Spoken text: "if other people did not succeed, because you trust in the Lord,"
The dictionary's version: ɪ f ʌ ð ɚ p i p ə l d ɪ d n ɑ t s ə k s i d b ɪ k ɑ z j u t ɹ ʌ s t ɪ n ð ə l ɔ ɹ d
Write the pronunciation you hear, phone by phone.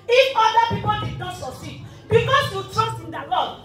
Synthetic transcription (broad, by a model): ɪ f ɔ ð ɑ p i p ə l d ɪ d n ɑ t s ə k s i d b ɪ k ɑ s j u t ɹ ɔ s t ɪ n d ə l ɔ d